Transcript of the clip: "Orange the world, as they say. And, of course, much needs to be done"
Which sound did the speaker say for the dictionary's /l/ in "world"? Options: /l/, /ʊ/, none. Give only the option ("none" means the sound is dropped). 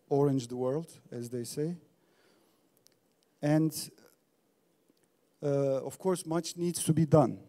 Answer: /l/